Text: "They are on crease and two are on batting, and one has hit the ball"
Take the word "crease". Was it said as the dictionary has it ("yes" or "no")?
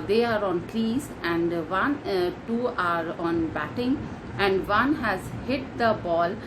no